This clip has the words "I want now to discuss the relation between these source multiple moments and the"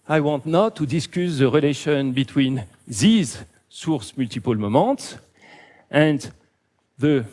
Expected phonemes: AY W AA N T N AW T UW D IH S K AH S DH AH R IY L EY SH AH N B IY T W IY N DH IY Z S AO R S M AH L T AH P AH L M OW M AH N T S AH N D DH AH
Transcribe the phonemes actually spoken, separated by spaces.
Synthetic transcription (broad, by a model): AY W AA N T N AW T UW D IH S K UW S DH AH R IY L EY SH AH N B IY T W IY N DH IY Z S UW R S M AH L T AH P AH L M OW M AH T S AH N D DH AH